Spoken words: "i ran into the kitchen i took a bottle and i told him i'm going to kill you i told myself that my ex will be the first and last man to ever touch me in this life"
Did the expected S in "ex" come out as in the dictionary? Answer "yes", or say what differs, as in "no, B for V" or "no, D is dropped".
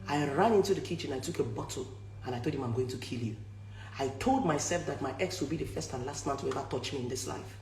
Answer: yes